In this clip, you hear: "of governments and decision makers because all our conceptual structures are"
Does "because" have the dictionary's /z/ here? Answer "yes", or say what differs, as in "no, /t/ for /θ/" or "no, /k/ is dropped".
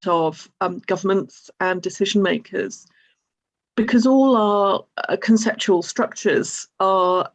yes